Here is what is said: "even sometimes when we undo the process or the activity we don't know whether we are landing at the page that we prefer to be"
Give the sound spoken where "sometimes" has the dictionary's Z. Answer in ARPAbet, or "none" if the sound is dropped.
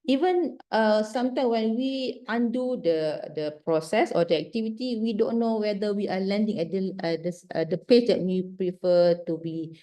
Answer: none